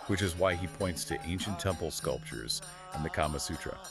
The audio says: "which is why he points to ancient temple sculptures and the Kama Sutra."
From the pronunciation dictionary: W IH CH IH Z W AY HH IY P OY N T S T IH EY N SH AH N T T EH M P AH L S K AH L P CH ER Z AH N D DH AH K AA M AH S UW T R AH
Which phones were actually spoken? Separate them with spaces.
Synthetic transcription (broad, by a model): W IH CH IH Z W AY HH IY P OY N T S T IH EY N SH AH N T T EH M P L S K AH L P CH ER Z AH N DH AH K AA M AH S UW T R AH